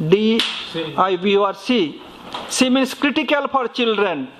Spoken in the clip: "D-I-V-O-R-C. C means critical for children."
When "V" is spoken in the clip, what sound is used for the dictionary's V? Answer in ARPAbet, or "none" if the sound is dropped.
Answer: B